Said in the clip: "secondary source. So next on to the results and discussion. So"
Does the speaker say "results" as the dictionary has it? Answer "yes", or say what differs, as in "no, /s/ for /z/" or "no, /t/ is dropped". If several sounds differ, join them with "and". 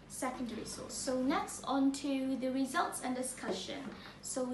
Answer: yes